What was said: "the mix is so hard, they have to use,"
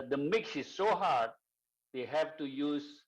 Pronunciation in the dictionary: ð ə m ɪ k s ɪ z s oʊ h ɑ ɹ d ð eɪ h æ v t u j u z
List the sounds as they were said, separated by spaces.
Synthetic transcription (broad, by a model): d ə m ɪ k s ɪ z s oʊ h ɑ ɹ d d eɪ h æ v t u j u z